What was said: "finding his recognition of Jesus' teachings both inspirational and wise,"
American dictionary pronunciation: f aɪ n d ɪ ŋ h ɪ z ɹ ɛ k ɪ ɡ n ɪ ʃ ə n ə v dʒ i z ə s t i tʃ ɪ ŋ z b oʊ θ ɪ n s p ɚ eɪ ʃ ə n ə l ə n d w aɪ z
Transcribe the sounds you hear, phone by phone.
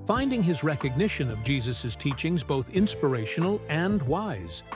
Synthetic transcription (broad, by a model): f aɪ n d ɪ ŋ ɪ z ɹ ɛ k ɪ ɡ n ɪ ʃ ə n ə v dʒ i z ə s t i tʃ ɪ ŋ z b oʊ θ ɪ n s p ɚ eɪ ʃ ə n l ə n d w aɪ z